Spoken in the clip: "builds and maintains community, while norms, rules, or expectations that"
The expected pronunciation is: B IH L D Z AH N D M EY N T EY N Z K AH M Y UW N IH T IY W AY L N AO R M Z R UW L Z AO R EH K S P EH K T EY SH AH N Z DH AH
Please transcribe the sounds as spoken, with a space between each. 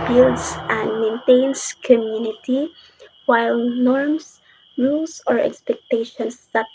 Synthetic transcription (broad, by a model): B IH L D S AH N D M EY N T EY N S K AH M Y UW N IH T IY W AY L N AO R M S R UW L S AO R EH K S P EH K T EY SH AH N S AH